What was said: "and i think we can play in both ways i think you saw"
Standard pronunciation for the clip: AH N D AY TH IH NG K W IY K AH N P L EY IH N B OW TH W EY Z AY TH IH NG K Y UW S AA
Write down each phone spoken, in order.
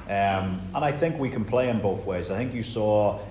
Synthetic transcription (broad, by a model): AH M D AY TH IH NG K W IY K AH N P L EY IH N B OW TH W EY Z AY TH IH NG K Y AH S AA